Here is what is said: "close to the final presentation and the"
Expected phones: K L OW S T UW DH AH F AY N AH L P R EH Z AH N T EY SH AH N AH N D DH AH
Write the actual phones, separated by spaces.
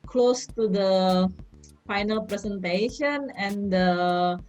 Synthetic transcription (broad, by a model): K L OW S T UW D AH F AY N AH L P R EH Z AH N T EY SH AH N AH N D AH